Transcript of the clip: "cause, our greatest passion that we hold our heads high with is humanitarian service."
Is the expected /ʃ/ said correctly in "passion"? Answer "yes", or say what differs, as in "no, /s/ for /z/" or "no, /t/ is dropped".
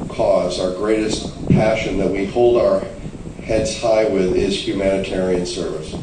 yes